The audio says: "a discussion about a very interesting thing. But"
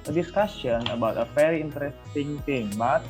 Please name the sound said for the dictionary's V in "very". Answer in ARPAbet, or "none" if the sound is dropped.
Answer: F